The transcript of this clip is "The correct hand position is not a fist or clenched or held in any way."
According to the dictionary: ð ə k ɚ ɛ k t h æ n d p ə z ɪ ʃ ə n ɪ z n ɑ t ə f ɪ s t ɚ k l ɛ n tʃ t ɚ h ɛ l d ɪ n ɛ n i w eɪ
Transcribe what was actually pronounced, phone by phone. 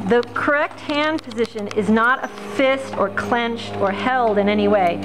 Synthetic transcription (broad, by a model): ð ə k ɚ ɛ k t h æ n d p ə z ɪ ʃ ə n ɪ z n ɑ t ə f ɪ s t ɚ k l ɛ n tʃ t ɚ h ɛ l d ɪ n ɛ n i w eɪ